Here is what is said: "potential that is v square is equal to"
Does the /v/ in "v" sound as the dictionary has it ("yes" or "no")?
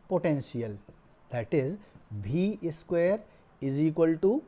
no